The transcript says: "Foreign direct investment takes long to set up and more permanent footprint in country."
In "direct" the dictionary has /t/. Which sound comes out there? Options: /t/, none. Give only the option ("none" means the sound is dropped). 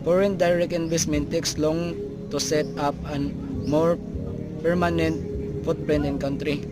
none